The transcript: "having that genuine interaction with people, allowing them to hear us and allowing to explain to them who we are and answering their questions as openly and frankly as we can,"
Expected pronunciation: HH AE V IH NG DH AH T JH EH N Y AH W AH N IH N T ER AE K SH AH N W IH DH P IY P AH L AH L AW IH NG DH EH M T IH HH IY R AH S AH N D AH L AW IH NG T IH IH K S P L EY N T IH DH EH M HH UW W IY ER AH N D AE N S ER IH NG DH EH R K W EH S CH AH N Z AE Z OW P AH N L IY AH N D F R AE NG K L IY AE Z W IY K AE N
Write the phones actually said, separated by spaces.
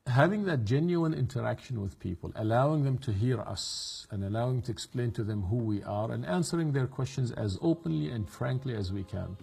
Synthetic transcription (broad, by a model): HH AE V IH NG DH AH T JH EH N Y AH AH N IH N T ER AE K SH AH N W IH DH P IY P AH L AH L AW IH NG DH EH M T IH HH IY R AH S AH N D AH L AW IH NG T IH IH K S P L EY N T IH DH EH M HH UW W IY ER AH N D AE N S ER IH NG DH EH R K W EH S CH AH N Z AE Z OW P AH N L IY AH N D F R AE NG K L IY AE Z W IY K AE N